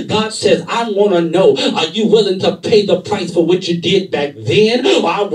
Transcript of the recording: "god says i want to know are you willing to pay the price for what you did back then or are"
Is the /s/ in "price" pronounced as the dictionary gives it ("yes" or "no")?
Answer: yes